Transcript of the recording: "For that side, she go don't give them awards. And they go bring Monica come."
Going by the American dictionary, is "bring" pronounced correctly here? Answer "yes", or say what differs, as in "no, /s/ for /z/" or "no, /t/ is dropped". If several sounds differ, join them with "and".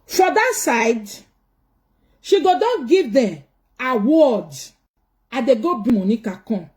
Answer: no, /ɹ/ is dropped